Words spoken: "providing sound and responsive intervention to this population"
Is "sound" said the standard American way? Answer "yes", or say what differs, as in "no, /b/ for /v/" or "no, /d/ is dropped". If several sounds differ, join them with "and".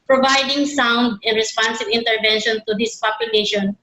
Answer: yes